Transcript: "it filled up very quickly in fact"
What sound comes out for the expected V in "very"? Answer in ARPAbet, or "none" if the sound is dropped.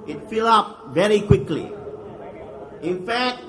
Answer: V